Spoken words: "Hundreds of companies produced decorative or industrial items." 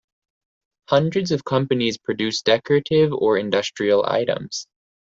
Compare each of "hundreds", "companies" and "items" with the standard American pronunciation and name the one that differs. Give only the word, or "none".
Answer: none